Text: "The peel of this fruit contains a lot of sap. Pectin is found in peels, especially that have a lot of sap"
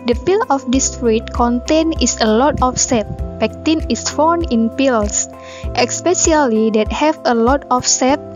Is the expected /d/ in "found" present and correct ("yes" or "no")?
no